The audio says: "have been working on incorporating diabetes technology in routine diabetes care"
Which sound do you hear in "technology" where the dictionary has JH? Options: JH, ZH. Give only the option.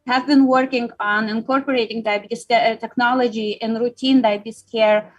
JH